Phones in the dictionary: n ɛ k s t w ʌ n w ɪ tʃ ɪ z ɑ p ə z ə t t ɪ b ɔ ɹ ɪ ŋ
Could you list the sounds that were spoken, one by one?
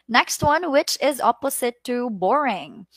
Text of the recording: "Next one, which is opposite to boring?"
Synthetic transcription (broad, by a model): n ɛ k s t w ʌ n w ɪ tʃ ɪ z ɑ p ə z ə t t ɪ b ɔ ɹ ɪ ŋ